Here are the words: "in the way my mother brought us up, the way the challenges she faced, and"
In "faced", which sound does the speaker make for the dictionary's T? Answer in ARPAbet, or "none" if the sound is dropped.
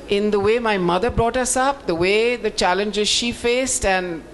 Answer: T